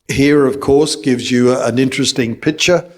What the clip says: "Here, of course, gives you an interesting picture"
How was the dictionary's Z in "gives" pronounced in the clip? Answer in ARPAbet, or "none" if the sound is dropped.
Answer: Z